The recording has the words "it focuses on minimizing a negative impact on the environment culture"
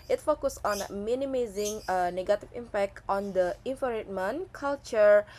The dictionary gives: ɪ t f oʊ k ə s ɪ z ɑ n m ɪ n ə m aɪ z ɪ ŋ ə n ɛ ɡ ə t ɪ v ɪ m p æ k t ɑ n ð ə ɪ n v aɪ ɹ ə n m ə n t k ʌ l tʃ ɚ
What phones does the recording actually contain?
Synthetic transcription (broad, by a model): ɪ t f oʊ k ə s ɑ n m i n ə m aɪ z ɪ ŋ ə n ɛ ɡ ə t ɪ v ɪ m p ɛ k t ɑ n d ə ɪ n f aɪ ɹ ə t m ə n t k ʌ l tʃ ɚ